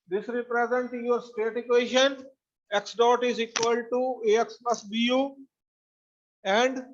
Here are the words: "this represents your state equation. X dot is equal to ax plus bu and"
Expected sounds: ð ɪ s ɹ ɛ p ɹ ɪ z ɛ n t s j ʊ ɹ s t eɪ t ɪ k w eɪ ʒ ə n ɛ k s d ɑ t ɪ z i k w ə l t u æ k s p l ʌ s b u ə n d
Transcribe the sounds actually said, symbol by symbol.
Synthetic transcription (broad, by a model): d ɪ s ɹ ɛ p ɹ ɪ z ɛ n t j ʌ ɹ s t eɪ t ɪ k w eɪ ʃ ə n ɛ k s d ɑ t ɪ z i k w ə l t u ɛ k s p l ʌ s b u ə n d